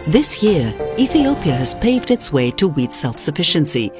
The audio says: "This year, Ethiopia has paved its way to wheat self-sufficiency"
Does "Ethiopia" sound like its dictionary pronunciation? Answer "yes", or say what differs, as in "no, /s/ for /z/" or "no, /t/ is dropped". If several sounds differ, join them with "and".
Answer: yes